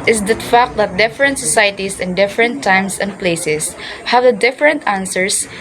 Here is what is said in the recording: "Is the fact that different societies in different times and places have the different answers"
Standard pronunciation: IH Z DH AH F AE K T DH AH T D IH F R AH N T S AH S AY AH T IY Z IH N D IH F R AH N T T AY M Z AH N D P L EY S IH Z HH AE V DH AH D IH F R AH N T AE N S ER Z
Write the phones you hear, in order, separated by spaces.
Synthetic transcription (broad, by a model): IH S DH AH F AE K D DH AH T D IH F R AH N T S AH S AY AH T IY S IH N D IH F R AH N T T AY M S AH N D P L EY S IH S HH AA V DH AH D IH F R AH N T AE N S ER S